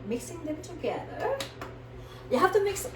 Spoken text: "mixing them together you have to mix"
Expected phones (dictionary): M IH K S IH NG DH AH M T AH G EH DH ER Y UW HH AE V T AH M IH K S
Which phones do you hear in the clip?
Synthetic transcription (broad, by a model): M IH K S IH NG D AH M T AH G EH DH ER Y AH HH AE F T AH M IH K S